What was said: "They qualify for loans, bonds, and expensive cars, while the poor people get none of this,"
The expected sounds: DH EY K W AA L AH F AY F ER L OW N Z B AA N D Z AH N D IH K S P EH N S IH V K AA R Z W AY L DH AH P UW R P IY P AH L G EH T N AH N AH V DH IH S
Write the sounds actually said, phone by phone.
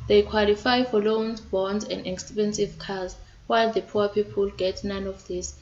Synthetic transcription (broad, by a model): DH EY K W AA L AH F AY F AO L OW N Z B AA N D Z AH N D IH K S P EH N S IH V K AA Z W AY L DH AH P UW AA P IY P AH L G EH T N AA N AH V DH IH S